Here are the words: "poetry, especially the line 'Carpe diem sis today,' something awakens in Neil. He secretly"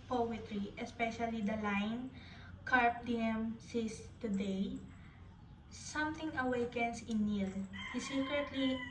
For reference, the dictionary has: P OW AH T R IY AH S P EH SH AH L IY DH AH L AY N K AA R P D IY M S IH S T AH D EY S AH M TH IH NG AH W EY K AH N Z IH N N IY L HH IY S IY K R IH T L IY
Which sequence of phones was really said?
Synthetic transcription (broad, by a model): P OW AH T R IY AH S P EH SH AH L IY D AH L AY N K AA R P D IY M S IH S T AH D EY S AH M T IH NG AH W EY K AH N S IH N N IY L HH IY S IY K R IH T L IY